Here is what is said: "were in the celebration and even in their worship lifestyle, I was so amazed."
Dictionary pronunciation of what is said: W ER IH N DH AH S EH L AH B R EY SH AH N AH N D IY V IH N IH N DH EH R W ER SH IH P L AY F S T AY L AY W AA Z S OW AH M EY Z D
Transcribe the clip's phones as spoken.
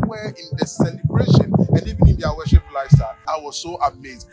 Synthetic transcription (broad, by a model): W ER IH N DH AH S EH L AH B R EY SH AH N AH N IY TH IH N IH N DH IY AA W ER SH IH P L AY S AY AY W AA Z S OW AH M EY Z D